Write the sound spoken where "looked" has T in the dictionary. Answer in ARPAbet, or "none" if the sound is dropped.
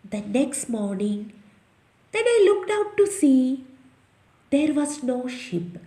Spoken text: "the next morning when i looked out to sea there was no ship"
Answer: T